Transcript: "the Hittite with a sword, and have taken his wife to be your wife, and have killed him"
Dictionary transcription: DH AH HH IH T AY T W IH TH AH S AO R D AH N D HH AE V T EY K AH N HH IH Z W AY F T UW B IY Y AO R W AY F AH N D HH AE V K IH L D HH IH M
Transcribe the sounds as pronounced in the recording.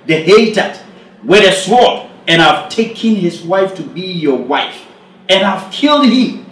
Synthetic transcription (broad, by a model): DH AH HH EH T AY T W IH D AH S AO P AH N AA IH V T EY K AH N HH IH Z W AY F T UW B IY Y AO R W AY F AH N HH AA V K IH L D HH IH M